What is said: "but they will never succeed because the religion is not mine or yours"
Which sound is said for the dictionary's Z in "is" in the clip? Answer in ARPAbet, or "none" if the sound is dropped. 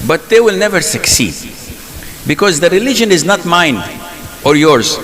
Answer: Z